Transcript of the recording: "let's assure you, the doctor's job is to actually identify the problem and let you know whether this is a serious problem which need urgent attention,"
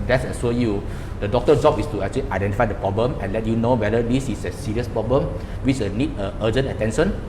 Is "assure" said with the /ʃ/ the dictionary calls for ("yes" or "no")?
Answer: no